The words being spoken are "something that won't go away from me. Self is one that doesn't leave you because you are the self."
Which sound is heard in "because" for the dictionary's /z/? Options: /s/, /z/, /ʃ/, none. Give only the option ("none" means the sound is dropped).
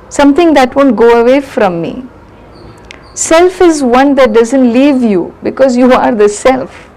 /z/